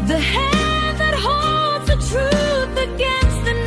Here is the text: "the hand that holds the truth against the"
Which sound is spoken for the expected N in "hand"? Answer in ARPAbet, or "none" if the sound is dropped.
none